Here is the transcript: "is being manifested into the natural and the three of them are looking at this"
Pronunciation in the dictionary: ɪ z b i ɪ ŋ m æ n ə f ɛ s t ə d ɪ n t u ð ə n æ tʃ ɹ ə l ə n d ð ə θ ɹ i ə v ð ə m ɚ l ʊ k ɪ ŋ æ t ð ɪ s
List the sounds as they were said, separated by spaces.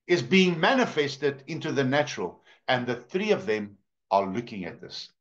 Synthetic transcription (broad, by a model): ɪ z b i ɪ ŋ m æ n ə f ɛ s t ə d ɪ n t u ð ə n æ tʃ ɹ ə l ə n ð ə θ ɹ i ə v ð ə m ɚ l ʊ k ɪ ŋ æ t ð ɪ s